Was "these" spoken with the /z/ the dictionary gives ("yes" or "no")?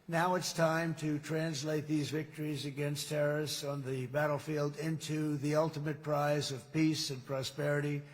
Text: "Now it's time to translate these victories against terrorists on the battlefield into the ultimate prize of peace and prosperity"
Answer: yes